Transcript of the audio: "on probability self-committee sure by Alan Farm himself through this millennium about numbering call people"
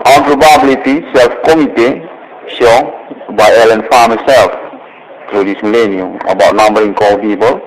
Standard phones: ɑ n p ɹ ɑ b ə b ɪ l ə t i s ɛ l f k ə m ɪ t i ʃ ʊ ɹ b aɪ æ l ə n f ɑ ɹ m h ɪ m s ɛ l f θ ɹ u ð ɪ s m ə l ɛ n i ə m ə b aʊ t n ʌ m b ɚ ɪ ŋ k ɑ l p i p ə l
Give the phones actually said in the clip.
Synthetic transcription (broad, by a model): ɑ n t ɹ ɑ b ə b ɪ l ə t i s ɛ l f k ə m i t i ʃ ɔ b aɪ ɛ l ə n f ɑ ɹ m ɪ s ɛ l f t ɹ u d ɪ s m ə l ɛ n i ə m ə b aʊ t n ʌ m b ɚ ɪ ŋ k ɑ l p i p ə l